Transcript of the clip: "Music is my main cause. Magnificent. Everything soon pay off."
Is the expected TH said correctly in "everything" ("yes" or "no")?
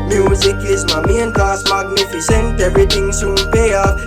no